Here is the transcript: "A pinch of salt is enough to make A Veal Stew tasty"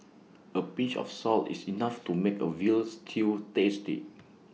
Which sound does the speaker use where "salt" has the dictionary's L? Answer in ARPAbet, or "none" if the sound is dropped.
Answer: L